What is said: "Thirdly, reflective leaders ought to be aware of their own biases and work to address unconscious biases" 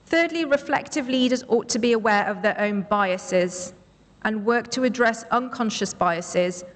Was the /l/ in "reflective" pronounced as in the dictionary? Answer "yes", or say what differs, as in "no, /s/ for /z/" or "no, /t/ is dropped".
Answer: yes